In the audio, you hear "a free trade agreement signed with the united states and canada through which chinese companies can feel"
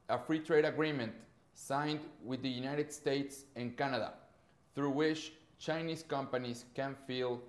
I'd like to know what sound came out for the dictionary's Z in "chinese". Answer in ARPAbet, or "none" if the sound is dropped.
S